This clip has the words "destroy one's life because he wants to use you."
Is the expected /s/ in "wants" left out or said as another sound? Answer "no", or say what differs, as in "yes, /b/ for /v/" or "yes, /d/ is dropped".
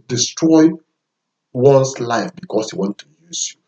yes, /s/ is dropped